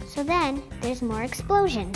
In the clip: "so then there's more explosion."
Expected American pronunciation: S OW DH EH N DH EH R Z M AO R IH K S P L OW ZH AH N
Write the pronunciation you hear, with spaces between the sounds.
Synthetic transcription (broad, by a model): S OW DH EH N DH EH R Z M AO R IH K S P L OW ZH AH N